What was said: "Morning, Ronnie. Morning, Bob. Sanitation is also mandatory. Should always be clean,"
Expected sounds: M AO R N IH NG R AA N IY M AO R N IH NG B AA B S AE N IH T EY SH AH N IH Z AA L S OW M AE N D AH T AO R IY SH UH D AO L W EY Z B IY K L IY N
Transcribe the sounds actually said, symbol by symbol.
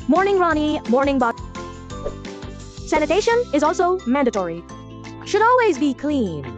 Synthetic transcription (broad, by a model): M AO R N IH NG R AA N IY M AO R N IH NG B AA S AE N IH T EY SH AH N IH Z AA L S OW M AE N D AH T AO R IY SH UH D AO L W EY Z B IY K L IY N